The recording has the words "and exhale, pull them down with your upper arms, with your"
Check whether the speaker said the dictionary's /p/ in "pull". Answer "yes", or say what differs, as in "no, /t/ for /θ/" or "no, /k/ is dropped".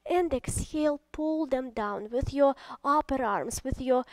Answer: yes